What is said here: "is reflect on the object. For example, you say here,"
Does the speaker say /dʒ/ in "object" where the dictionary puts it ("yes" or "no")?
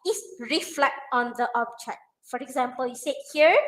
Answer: no